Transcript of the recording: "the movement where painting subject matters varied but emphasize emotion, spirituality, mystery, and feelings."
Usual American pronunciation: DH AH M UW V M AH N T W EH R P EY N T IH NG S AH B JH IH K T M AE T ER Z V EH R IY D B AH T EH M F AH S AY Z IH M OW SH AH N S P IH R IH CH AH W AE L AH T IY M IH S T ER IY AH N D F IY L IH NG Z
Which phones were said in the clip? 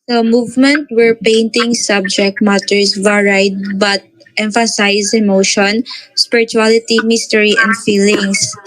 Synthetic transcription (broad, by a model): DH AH M UW V M AH N T W EH R P EY N T IH NG S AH B JH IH K T M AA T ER S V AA R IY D B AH T EH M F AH S AY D IH M OW SH AH N S P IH R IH CH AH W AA L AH T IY M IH S T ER IY AH N D F IY L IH NG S